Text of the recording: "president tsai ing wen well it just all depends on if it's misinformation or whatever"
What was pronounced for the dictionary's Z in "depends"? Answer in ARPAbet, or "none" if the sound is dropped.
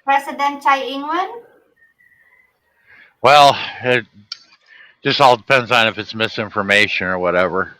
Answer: Z